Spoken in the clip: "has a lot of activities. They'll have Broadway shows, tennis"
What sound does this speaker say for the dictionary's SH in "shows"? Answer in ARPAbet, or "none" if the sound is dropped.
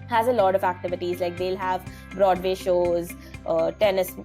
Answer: SH